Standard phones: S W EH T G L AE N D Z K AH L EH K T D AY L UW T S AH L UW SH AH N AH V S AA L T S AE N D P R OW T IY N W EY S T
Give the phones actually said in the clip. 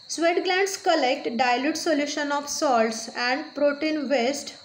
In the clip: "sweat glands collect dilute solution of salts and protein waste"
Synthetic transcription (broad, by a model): S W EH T G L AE N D S K AH L EH K T D AY L UW T S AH L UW SH AH N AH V S AA L T S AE N D P R OW T IY N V EY S T